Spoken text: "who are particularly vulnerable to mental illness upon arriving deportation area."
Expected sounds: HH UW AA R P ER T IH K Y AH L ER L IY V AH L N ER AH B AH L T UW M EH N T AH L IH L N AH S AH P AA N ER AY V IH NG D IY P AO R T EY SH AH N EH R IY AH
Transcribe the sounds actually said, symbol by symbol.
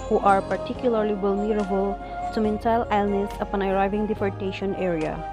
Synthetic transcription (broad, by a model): HH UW AA R P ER T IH K Y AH L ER L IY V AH L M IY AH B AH L S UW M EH N S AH L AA L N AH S AH P AA N ER AY V IH NG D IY F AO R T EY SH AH N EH R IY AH